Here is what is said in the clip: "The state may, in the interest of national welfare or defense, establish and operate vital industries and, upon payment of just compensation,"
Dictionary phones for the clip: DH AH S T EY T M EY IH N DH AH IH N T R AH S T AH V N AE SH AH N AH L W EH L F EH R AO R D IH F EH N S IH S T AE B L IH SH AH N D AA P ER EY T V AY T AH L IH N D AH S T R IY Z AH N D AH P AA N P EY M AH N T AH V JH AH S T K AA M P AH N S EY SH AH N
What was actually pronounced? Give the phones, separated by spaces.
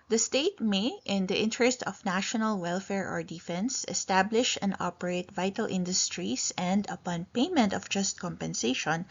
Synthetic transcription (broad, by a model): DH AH S T EY T M EY IH N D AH IH N T R AH S T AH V N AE SH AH N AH L W EH L F EH R AO R D IH F EH N S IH S T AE B L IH SH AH N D AA P ER EY T V AY T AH L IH N D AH S T R IY S AH N D AH P AA N P EY M AH N T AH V JH AH S T K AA M P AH N S EY SH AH N